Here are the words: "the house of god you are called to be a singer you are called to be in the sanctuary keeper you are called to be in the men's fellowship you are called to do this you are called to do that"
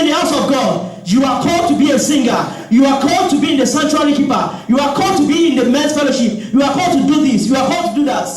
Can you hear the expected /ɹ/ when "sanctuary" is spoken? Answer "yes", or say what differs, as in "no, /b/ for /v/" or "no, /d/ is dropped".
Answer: no, /l/ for /ɹ/